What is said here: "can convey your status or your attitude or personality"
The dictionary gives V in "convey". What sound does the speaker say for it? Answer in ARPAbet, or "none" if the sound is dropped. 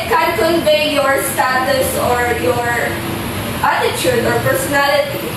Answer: B